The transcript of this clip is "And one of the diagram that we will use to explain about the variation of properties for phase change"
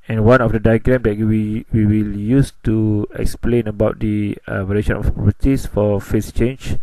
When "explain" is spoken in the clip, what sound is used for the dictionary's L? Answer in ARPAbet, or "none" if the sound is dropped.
L